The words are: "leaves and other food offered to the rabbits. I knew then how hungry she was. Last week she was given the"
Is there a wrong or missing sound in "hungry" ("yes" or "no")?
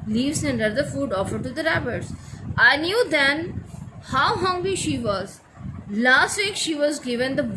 yes